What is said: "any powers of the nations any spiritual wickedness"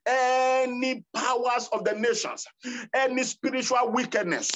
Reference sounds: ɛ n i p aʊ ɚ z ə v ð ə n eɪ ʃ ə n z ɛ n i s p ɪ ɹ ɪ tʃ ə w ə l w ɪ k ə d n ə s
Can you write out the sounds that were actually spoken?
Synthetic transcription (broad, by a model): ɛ n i p aʊ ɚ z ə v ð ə n eɪ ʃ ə n s ɛ n i s p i ɹ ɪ tʃ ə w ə l w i k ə d n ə s